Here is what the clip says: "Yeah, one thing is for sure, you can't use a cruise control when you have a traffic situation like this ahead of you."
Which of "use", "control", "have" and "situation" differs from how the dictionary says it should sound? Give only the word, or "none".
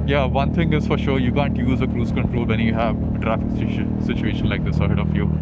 none